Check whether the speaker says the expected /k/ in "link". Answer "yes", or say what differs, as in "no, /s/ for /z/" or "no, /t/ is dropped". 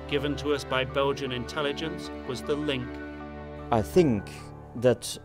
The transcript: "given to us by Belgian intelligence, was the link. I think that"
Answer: yes